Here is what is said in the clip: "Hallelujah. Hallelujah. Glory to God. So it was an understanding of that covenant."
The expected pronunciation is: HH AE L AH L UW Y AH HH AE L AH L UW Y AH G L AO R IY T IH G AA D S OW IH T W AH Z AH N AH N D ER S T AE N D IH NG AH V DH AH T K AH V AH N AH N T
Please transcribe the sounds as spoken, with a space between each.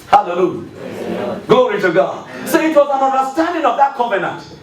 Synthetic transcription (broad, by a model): HH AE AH L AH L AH L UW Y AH G L AO R IY T IH G AA D S OW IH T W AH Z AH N AH N D ER S T AE N D IH NG AH V DH AH T K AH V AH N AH N T